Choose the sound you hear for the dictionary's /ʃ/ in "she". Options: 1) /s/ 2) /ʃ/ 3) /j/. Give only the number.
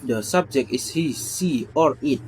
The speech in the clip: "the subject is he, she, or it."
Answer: 1